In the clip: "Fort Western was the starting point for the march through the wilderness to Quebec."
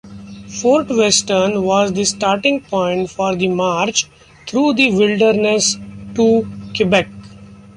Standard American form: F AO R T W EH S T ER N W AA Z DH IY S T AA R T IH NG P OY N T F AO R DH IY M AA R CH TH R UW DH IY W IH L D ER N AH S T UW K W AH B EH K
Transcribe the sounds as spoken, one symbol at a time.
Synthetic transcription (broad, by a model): F AO R T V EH S T ER N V AA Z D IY S T AA R T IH NG P OY N T F AO R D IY M AA R CH T R UW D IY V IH L D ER N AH S T UW K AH B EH K